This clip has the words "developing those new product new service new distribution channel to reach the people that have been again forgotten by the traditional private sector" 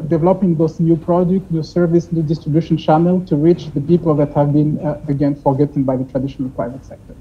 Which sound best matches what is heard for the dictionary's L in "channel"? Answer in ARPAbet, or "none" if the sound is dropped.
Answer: L